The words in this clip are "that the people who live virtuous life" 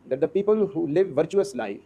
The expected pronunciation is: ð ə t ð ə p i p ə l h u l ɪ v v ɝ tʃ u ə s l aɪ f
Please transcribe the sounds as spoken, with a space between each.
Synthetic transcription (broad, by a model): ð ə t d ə p i p ə l h u l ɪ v v ɝ tʃ u ə s l aɪ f